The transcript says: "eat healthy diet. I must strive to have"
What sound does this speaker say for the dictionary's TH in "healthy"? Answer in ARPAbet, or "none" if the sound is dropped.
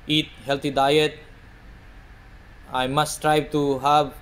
T